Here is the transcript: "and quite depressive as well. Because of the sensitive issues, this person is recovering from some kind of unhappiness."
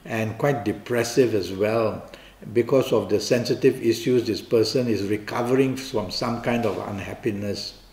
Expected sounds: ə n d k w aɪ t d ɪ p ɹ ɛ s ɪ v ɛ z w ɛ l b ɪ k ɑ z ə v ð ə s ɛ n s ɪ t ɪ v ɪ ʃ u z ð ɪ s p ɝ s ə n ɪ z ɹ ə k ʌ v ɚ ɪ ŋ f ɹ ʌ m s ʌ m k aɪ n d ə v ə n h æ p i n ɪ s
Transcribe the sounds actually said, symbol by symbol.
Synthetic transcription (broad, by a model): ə n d k w aɪ t d ɪ p ɹ ɛ s ɪ v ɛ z w ɛ l b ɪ k ɑ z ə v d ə s ɛ n s ɪ t ɪ v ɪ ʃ u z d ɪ s p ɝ s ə n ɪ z ɹ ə k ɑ v ɚ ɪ ŋ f ɹ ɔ m s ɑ m k aɪ n d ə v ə n h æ p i n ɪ s